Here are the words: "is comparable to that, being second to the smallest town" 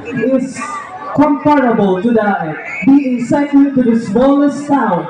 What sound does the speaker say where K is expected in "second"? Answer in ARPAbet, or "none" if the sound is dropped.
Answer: none